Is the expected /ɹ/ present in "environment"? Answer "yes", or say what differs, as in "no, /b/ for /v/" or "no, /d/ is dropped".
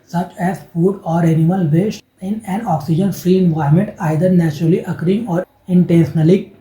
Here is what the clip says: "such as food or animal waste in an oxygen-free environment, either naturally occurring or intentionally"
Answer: no, /ɹ/ is dropped